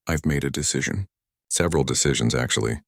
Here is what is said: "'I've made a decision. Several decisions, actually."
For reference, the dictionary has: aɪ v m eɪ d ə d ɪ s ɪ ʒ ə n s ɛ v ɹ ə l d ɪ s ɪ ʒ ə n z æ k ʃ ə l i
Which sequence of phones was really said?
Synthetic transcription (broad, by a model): aɪ v m eɪ d ə d ɪ s ɪ ʒ ə n s ɛ v ɹ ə l d ɪ s ɪ ʒ ə n z æ k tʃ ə l i